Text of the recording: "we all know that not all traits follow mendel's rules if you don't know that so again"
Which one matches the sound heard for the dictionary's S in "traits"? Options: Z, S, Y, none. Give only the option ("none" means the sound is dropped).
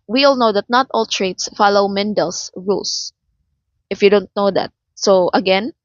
S